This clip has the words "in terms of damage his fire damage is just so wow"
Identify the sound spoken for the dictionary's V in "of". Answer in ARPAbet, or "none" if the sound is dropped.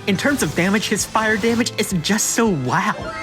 V